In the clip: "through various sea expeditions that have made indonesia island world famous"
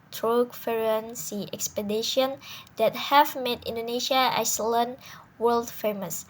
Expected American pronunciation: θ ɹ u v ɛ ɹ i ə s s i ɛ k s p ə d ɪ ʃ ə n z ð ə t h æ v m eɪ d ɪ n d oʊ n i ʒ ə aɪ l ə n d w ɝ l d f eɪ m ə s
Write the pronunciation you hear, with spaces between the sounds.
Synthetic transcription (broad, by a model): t ɹ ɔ f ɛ ɹ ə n s i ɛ k s p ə d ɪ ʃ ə n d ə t h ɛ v m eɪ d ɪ n d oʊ n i ʃ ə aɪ l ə n w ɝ l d f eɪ m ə s